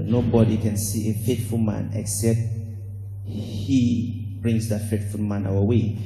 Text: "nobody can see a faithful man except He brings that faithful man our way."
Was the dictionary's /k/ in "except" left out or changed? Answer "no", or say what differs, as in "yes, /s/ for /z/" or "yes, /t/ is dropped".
no